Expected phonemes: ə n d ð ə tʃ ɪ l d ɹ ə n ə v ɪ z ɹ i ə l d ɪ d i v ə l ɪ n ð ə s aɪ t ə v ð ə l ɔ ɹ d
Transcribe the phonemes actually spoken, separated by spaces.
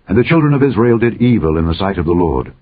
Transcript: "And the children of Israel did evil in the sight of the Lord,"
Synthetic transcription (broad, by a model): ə n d ð ə tʃ ɪ l d ɹ ə n ə v ɪ z ɹ i ə l d ɪ d i v ə l ɪ n ð ə s aɪ t ə v ð ə l ɔ ɹ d